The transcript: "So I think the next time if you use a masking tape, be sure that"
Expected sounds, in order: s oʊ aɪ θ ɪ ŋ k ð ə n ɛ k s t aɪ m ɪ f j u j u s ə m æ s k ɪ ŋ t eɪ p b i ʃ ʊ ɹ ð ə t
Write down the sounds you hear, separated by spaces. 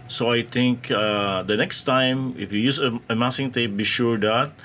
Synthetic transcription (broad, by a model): s oʊ aɪ t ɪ ŋ k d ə n ɛ k s t aɪ m ɪ f j u j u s ə m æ s ɪ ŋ t eɪ p b i ʃ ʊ ɹ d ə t